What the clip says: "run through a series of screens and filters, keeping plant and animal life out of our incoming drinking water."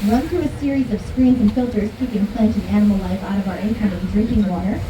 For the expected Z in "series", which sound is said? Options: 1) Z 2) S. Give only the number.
1